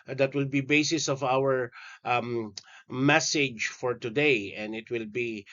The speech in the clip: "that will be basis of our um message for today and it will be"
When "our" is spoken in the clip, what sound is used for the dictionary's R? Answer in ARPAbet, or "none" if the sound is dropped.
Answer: W